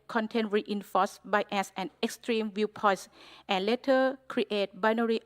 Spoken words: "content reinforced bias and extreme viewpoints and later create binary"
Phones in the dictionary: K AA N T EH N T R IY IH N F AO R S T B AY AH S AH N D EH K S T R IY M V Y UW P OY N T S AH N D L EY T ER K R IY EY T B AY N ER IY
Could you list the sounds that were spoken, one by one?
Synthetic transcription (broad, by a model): K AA N T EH N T R IY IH N F AO S B AY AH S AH N EH K S T R IY M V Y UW P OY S T AH N L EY T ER K R IY EY T B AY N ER IY